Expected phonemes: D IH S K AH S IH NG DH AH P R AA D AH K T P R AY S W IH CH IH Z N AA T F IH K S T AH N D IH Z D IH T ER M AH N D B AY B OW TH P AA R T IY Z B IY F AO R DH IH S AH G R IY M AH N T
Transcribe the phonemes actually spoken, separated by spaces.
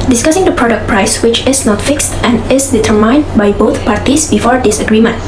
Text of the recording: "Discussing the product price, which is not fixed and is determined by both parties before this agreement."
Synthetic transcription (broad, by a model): D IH S K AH S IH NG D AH P R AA D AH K P R AY S W IH CH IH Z N AA T F IH K S T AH N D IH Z D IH T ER M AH N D B AY B OW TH P AA R T IY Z B IY F AO R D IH S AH G R IY M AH N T